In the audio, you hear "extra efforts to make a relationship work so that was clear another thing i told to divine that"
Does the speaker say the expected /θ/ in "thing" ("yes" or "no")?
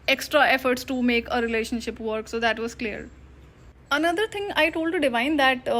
no